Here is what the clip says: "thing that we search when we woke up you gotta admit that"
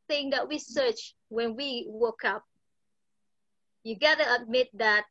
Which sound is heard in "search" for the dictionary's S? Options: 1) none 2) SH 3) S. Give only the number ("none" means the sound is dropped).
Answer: 3